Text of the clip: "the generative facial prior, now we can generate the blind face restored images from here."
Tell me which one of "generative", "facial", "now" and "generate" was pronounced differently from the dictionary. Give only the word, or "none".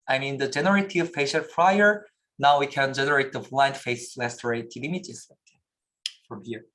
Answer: facial